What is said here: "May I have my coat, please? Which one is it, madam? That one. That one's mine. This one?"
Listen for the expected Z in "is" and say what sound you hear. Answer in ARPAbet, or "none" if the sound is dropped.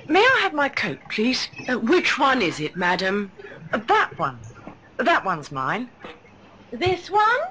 Z